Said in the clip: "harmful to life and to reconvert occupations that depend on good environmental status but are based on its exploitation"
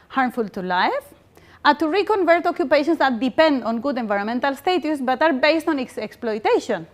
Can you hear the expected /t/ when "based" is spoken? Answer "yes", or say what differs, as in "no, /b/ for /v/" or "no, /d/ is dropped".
yes